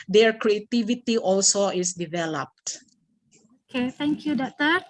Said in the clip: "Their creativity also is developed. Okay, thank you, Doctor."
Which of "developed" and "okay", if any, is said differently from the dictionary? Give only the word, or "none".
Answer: none